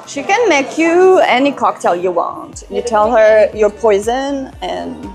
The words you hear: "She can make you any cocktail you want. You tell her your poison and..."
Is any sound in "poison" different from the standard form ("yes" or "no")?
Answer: no